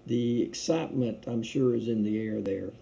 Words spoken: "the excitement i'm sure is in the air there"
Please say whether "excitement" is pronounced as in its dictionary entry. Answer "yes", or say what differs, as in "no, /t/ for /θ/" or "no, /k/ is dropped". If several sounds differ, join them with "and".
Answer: yes